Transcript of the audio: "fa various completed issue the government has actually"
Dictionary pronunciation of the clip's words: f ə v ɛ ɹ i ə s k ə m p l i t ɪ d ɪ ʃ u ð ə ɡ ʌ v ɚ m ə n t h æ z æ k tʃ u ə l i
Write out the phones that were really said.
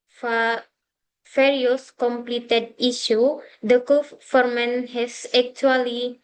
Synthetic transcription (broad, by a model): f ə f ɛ ɹ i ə s k ə m p l i t ɪ d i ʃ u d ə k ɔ f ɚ m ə n h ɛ s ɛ k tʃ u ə l i